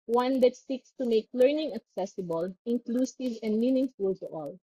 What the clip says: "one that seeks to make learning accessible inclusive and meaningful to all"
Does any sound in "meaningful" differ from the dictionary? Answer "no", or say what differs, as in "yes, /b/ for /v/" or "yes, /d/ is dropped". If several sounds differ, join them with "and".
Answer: no